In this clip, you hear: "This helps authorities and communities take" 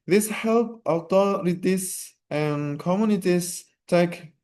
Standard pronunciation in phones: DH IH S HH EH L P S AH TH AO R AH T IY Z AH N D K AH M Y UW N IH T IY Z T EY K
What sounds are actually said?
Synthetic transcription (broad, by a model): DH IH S HH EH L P AH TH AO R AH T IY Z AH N K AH M Y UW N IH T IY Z T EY K